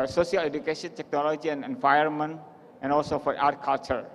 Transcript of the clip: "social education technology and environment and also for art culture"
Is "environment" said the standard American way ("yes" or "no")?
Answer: no